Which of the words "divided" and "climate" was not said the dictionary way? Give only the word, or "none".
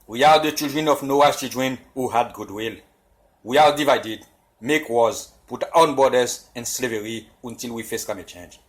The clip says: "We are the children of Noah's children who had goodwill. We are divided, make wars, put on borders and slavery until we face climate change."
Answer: climate